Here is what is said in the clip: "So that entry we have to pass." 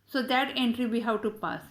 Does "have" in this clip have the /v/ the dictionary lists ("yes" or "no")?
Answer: no